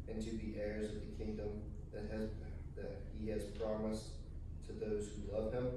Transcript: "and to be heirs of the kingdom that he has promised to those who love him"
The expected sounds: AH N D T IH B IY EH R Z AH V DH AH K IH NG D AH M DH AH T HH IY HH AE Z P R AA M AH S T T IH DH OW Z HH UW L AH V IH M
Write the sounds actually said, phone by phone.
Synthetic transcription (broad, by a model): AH N T IH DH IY EH R Z AH V DH AH K IH NG D AH M DH AH T HH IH HH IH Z P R AA M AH S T T IH DH OW Z HH UW L AH V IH M